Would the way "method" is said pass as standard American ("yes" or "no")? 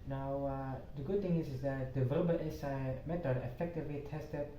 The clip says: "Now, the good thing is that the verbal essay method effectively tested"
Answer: no